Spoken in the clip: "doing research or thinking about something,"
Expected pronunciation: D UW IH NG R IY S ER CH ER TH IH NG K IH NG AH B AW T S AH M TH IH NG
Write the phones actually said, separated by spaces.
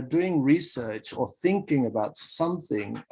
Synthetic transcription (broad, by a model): D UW IH NG R IY S ER CH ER TH IH NG K IH NG AH B AW T S AH M TH IH NG